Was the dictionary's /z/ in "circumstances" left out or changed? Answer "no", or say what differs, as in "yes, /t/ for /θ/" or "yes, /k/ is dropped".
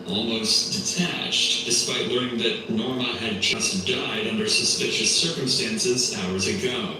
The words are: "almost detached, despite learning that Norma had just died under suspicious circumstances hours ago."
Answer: no